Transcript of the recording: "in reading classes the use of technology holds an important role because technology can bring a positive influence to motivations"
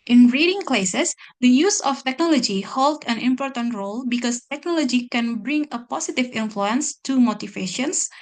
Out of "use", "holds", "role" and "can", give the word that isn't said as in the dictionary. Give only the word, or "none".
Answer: holds